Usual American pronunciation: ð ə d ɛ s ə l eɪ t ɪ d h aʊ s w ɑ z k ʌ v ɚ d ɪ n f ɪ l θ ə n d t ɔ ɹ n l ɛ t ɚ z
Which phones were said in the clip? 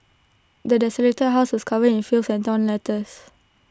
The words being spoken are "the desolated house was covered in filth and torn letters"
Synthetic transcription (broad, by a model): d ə d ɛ s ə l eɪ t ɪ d h aʊ s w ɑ s k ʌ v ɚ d ɪ n f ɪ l s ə n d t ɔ n l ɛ t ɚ s